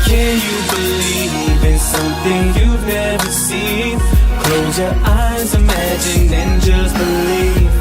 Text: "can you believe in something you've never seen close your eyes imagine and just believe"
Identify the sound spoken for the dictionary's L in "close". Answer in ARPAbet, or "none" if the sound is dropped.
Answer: none